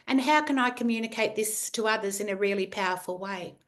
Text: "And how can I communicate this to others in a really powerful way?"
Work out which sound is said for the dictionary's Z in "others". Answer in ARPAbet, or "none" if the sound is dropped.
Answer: Z